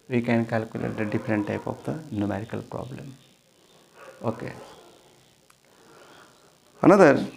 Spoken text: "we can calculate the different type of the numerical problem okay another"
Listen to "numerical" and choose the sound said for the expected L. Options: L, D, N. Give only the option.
L